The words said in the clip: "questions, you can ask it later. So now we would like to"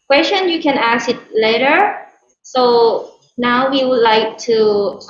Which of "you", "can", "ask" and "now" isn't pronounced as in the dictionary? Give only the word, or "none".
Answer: ask